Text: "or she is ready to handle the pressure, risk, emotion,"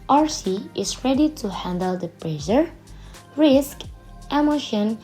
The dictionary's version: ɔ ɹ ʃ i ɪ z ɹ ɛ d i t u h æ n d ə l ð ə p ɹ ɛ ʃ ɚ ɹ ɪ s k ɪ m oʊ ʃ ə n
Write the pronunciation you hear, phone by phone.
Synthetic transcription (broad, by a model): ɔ ɹ s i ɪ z ɹ ɛ d i t u h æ n d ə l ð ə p ɹ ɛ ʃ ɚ ɹ ɪ s k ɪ m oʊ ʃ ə n